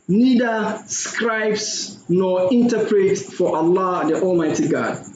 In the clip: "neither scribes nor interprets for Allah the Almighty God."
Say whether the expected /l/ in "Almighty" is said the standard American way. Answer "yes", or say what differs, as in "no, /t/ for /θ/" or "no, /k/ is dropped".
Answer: yes